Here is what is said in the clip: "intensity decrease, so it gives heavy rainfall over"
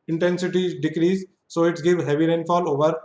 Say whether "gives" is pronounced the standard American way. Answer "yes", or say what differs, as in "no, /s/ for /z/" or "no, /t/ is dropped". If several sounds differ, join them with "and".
no, /z/ is dropped